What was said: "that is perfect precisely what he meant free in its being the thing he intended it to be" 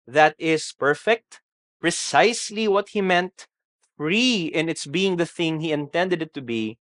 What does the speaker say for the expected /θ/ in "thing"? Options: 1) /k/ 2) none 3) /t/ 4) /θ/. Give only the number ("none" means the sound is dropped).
4